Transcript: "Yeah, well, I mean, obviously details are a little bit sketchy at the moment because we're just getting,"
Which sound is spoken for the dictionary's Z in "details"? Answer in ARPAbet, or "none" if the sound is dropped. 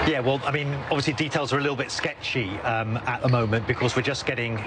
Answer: Z